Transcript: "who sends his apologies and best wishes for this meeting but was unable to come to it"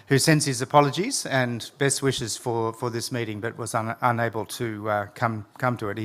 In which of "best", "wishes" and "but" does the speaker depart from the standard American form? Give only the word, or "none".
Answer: none